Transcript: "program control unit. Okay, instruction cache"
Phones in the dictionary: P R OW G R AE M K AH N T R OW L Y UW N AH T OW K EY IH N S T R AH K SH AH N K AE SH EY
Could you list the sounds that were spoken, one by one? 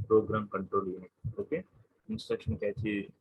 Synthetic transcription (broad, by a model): P R OW G R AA M K AH N T R OW L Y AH OW K EY IH N S T R AH K SH AH N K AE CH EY